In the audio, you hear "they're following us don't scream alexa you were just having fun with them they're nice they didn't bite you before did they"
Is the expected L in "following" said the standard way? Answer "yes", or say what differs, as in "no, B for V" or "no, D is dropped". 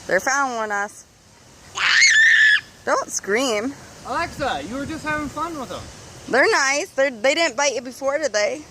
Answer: no, L is dropped